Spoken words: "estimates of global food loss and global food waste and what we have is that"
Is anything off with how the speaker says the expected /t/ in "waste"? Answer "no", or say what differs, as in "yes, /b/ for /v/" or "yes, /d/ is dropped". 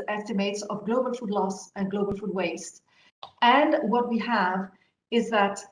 no